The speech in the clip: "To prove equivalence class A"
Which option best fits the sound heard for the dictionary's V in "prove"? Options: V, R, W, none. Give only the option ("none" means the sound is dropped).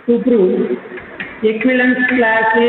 none